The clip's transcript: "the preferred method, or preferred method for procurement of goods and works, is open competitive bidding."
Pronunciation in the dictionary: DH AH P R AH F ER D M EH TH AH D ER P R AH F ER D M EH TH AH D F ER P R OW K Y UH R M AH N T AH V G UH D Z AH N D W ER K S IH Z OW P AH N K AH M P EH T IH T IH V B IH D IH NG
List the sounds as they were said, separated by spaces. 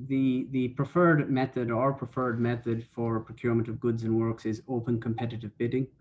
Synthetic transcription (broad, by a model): DH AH P R AH F ER D M EH TH AH D ER P R AH F ER D M EH TH AH D F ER P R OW K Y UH R M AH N T AH V G UH D Z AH N W ER K S IH Z OW P AH N K AH M P EH T IH T IH V B IH D IH NG